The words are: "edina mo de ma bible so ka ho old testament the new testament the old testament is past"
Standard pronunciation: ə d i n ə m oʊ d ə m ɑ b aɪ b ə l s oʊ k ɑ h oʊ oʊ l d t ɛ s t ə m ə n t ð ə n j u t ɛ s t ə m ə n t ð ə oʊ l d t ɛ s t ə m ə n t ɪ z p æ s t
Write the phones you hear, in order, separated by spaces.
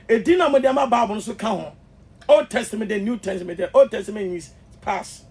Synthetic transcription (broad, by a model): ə d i n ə m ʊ d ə m ɑ b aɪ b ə n s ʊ k ɑ h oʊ oʊ l d t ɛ s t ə m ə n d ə n j u t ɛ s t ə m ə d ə oʊ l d t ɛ s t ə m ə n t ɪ s p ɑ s